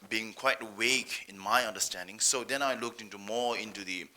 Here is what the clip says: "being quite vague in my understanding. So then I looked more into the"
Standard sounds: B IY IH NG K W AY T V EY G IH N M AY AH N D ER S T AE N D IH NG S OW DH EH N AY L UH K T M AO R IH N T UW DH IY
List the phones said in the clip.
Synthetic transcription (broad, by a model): B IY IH NG K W AY T W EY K IH N M AY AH N D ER S T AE N D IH NG S OW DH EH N AY L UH K T M AO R IH N T UW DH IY